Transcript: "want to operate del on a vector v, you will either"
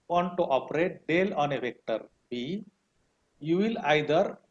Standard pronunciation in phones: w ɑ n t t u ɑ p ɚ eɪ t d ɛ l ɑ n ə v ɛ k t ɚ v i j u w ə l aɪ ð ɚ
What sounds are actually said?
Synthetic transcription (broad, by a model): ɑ n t t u ɑ p ɚ eɪ t d ɛ l ɑ n ə v ɛ k t ɚ b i j u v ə l aɪ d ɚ